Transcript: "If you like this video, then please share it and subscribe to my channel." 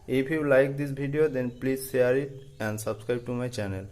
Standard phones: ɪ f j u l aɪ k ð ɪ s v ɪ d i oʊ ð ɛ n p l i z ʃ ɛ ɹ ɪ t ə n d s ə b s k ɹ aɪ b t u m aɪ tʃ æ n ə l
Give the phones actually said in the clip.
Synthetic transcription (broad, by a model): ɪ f j u l aɪ k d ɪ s b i d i oʊ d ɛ n p l i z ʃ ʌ ɹ ɪ t ə n d s ə b s k ɹ aɪ b t u m aɪ tʃ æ n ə l